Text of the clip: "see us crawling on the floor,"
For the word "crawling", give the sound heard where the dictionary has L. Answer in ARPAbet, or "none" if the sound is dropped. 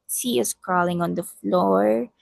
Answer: L